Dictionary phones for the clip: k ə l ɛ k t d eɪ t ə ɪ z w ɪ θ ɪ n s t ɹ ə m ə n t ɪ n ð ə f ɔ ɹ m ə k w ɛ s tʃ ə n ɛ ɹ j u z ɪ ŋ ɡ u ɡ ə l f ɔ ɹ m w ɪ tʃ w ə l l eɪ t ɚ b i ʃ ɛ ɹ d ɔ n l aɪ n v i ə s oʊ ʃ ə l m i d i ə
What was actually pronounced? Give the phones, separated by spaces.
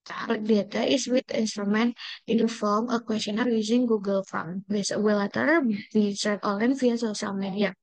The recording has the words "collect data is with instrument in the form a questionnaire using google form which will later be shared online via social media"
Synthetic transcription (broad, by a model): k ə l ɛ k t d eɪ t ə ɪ s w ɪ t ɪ n s t ɹ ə m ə n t ɪ n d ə f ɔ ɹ m ə k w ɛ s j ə n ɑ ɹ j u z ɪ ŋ ɡ u ɡ ə l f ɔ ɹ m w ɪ s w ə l l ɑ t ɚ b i s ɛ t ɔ l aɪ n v i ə s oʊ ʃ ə l m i d i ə